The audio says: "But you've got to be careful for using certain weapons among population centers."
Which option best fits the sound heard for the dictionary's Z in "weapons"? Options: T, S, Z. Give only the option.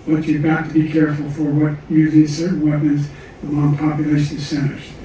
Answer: Z